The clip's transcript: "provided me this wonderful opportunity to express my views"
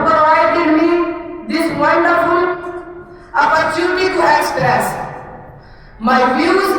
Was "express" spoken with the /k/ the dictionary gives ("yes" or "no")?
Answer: no